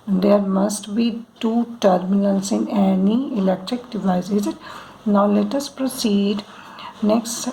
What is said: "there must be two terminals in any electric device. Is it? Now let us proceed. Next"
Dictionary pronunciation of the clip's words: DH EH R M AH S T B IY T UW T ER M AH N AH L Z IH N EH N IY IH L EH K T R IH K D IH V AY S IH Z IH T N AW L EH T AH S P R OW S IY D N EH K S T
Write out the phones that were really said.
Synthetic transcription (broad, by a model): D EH R M AH S T B IY T UW T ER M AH L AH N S IH N EH N IY IH L EH K T R IH K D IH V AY IH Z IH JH N AW L EH T AH S P R OW S IY D N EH K S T